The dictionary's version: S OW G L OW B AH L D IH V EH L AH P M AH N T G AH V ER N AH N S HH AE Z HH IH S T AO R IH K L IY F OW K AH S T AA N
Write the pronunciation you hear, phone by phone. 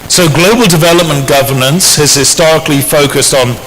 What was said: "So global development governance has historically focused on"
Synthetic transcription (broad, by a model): S OW G L OW B AH L D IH V EH L AH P M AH N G AH V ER N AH N S HH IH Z HH IH S T AO R IH K L IY F OW K AH S T N